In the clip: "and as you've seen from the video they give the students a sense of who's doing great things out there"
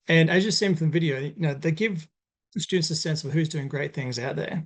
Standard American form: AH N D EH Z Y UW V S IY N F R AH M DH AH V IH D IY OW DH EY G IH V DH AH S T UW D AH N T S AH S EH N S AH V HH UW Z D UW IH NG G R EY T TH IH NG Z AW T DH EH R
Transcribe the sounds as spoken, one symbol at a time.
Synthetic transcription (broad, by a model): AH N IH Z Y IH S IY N F R AH M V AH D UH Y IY OW DH EY G IH V S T UW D N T S AH S EH N S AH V HH UW Z D UW IH NG G R EY T TH IH NG Z AW T DH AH R